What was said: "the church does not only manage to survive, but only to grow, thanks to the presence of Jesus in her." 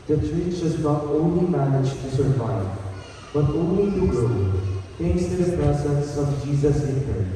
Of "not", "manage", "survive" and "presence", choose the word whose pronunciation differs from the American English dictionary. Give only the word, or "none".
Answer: presence